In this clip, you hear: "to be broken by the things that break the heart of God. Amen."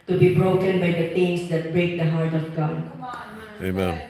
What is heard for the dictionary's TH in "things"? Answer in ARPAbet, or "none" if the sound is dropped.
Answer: T